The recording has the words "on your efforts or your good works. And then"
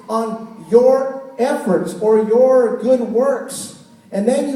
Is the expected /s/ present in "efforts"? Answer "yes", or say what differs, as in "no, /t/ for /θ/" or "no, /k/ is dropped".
yes